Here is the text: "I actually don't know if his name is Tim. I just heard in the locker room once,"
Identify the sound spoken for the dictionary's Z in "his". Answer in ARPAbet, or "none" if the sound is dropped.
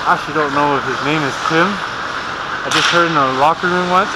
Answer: Z